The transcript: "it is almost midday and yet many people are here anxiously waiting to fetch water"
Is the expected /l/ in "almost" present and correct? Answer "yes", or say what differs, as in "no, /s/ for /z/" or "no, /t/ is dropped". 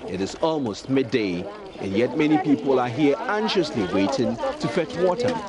yes